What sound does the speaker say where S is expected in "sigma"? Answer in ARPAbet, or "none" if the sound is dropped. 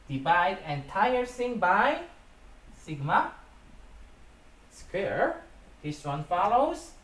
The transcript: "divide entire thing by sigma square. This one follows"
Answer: S